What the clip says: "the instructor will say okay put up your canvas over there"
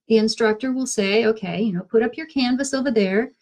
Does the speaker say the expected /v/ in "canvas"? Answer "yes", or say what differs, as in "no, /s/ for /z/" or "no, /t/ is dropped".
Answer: yes